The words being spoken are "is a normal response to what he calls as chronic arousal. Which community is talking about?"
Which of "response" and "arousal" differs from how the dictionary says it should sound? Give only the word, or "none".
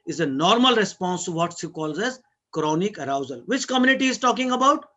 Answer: none